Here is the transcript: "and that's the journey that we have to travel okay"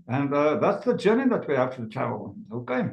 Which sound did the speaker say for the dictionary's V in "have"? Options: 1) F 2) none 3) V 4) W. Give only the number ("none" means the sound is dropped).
1